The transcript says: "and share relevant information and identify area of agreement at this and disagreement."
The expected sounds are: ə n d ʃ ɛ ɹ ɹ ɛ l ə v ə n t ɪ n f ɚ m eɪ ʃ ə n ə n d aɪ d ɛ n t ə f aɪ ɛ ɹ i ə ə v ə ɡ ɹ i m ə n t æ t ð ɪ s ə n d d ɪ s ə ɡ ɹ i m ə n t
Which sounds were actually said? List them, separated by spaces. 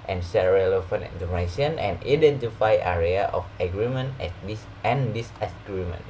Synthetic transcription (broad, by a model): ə n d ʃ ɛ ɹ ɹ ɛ l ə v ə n ɪ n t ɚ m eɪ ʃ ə n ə n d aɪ d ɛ n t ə f aɪ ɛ ɹ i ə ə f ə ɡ ɹ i m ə n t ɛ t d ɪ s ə n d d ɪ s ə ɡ ɹ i m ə n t